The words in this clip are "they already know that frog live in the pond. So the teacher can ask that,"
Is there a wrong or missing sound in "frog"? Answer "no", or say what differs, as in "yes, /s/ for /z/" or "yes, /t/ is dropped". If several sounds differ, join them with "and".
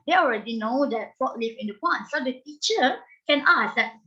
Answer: yes, /ɹ/ is dropped